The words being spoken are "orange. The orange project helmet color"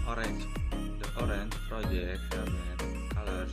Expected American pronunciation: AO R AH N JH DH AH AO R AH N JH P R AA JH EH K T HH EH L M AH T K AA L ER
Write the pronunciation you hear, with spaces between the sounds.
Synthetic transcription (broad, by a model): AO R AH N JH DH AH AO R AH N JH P R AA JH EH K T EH M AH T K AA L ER